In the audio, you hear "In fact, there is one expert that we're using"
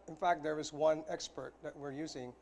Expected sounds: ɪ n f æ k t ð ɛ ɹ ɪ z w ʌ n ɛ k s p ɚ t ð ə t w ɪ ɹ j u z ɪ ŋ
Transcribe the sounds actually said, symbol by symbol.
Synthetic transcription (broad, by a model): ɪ n f æ k t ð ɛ ɹ ɪ z w ʌ n ɛ k s p ɚ t ð ə t w ɪ ɹ j u z ɪ ŋ